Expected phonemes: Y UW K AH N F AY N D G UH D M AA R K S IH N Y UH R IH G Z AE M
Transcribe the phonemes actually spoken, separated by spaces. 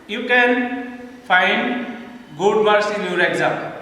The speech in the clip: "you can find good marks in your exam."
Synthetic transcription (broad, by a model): Y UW K AH N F AY N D G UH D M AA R S IH N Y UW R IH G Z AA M